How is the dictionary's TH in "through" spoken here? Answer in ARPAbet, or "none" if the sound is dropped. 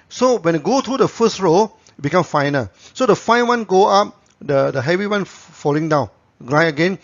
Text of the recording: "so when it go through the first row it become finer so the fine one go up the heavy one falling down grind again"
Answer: T